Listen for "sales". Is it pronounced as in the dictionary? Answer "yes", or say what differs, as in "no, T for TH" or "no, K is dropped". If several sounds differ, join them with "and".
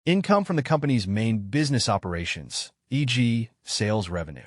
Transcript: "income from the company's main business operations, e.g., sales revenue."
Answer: yes